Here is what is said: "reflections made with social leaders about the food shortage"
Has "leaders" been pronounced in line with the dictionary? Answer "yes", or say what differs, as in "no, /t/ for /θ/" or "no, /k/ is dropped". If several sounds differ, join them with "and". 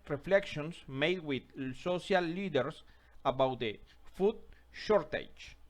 no, /s/ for /z/